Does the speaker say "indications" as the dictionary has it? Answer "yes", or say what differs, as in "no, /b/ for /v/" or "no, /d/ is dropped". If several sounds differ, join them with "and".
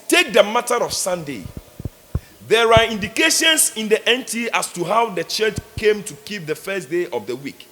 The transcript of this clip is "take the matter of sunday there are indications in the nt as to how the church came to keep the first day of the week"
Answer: no, /s/ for /z/